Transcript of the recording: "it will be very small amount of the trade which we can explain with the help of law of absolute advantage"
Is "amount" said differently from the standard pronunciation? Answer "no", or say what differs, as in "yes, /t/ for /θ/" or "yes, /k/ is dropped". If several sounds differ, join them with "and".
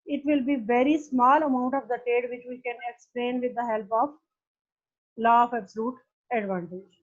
no